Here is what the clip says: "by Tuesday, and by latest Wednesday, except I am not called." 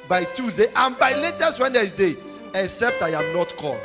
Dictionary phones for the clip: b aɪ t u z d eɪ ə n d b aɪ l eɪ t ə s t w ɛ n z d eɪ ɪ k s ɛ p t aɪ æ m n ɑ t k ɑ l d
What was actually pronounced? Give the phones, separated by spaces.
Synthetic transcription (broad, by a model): b aɪ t u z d eɪ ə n b aɪ l eɪ t ə s t w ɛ n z d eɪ ɪ k s ɛ p t aɪ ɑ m n ɑ t k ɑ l